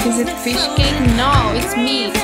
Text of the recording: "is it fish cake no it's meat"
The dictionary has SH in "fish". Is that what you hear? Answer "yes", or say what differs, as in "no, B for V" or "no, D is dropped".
yes